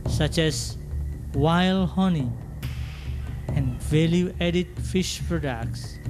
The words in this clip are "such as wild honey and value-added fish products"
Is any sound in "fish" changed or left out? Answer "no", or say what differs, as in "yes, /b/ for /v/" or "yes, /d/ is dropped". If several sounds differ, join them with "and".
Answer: no